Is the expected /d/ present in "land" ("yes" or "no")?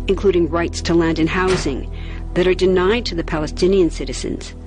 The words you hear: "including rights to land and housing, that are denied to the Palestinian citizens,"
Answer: yes